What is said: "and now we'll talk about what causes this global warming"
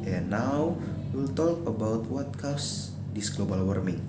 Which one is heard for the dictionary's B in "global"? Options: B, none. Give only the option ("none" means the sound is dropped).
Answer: B